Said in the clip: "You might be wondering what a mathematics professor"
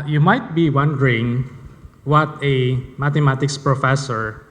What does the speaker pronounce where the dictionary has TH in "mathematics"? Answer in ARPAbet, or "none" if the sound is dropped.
T